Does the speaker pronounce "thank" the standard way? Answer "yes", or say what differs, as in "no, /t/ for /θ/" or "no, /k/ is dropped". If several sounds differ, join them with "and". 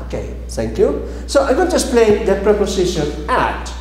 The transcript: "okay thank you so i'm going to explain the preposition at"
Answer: no, /t/ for /θ/